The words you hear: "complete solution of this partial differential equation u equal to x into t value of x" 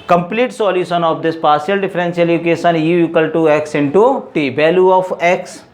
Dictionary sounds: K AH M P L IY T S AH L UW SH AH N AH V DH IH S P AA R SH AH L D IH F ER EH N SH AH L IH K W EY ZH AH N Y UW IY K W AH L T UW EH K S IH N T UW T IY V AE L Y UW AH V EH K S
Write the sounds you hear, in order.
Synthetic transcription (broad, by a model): K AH M P L IY T S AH L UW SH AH N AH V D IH S P AA R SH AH L D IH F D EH N S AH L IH K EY SH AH N Y UW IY K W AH L T UW EH K S IH N T UW T IY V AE L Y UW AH F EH K S